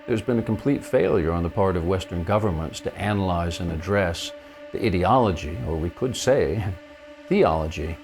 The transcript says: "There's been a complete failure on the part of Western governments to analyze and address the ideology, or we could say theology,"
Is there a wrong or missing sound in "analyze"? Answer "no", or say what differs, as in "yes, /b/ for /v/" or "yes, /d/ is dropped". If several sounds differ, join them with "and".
no